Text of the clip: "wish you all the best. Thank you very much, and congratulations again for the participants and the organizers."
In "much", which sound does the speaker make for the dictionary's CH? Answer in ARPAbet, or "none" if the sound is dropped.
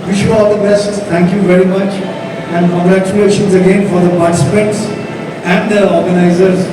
CH